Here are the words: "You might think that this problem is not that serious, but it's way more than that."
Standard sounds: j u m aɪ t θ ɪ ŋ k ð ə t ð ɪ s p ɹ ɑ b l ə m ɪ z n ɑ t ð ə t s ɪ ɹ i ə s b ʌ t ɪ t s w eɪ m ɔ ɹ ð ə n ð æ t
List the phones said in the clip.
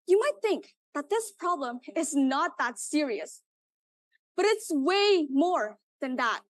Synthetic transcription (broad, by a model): j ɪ m aɪ t θ ɪ ŋ k ð ə t ð ɪ s p ɹ ɑ b l ə m ɪ z n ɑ t ð ə t s ɪ ɹ i ə s b ʌ t ɪ t s w eɪ m ɔ ɹ ð ə n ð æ t